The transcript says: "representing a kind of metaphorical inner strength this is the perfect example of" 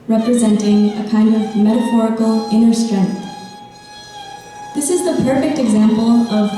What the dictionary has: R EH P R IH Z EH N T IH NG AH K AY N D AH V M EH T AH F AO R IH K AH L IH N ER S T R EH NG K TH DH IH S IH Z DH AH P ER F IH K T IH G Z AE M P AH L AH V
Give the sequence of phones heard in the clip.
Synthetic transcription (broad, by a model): R EH P R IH Z EH N T IH NG AH K AY N D AH V M EH T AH F AO R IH K L IH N ER S T R EH NG K TH DH IH S IH Z DH AH P ER F IH K T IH G Z AE M P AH L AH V